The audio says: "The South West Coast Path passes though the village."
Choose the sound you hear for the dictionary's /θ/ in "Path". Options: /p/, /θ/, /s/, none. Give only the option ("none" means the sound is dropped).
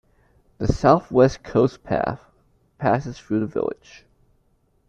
/θ/